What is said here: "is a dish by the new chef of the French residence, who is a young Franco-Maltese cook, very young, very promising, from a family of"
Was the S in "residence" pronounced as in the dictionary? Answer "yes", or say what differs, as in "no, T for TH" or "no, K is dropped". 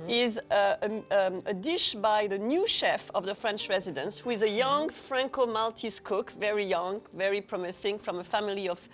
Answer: yes